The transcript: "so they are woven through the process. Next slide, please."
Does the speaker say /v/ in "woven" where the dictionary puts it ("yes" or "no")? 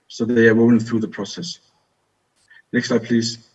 no